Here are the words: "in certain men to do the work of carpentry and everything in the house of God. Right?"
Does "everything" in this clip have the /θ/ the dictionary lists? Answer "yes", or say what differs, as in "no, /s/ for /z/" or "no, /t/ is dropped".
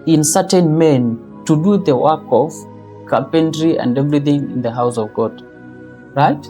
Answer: yes